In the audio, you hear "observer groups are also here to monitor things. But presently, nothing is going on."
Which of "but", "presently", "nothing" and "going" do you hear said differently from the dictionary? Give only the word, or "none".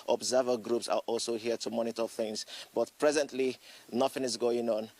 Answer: none